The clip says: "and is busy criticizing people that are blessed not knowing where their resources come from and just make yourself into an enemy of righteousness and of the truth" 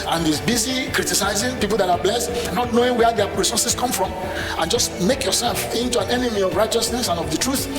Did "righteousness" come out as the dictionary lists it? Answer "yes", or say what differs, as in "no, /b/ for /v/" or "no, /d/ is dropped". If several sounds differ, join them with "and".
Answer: yes